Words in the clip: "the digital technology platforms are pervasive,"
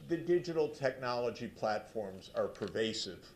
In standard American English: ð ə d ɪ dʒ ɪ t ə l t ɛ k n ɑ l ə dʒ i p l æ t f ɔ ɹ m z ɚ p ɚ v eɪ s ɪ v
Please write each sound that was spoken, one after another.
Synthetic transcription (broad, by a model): ð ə d ɪ dʒ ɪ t l t ɛ k n ɑ l ə dʒ i p l æ t f ɔ ɹ m z ɚ p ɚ v eɪ s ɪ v